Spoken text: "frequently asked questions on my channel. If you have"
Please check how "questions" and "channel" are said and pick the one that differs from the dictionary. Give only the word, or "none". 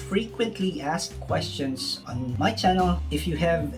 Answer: questions